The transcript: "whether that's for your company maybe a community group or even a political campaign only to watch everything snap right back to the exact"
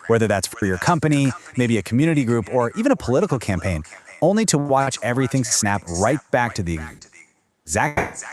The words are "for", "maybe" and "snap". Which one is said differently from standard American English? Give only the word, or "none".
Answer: none